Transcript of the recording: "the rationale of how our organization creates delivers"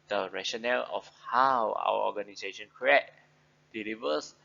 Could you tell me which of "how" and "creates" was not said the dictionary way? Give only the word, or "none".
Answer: creates